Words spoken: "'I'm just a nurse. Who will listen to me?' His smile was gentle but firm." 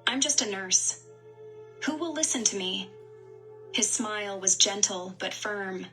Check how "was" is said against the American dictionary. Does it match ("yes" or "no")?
yes